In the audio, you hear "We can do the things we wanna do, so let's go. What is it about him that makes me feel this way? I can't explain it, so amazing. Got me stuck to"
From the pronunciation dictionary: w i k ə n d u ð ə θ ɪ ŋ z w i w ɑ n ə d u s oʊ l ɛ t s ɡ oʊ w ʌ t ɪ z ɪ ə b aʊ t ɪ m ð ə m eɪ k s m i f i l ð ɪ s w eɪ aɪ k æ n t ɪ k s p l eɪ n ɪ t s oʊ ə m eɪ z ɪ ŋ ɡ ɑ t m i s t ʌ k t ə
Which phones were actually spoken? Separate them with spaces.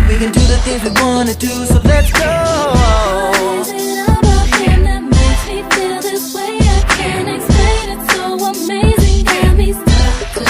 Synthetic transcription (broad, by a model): w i k ə n d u ð ə θ ɪ ŋ z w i w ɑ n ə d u s oʊ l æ t s ɡ oʊ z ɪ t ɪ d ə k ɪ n ð ə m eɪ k m i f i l ð ɪ s w eɪ aɪ k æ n ɪ k s p l eɪ n ɪ t s oʊ ə m eɪ z ɪ ŋ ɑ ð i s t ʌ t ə